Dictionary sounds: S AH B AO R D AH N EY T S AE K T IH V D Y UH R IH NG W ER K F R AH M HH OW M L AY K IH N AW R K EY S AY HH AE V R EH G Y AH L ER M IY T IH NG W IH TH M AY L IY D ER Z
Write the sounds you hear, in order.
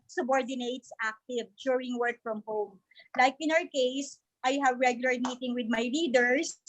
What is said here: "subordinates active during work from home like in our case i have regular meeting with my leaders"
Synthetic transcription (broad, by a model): S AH B AO R D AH N EY T S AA K T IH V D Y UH R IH NG W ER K F R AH M HH OW M L AY K IH N AW R K EY S AY HH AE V R EH G Y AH L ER M IY T IH NG W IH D M AY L IY D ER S